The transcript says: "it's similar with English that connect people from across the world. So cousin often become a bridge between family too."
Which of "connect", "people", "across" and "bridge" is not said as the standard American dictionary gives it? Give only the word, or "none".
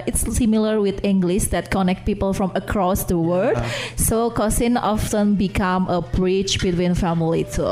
bridge